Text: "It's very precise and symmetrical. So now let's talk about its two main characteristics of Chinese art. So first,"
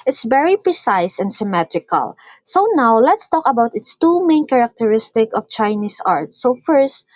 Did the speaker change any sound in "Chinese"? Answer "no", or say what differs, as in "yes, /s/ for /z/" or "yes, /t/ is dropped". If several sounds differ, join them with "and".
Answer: yes, /s/ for /z/